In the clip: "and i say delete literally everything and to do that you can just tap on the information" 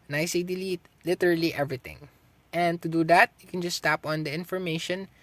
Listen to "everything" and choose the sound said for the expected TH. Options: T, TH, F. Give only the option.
T